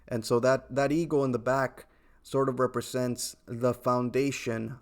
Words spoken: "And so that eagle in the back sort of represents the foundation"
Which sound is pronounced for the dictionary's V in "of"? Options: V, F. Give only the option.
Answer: V